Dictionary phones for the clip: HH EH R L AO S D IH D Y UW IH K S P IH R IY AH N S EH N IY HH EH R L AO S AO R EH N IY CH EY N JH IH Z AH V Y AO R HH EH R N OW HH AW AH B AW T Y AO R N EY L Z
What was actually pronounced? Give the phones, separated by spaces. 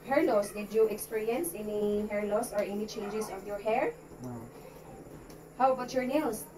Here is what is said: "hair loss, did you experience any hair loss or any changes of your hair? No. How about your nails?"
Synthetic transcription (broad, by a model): HH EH R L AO S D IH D Y UW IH K S P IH R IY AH N S EH N IY HH EH R L AO S AO R EH N IY CH EY N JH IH S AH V Y AO R HH EH R HH AW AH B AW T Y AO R N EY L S